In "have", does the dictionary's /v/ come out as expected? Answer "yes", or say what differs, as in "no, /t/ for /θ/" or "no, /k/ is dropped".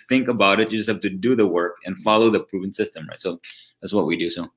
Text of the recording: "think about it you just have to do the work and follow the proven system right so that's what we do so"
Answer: no, /f/ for /v/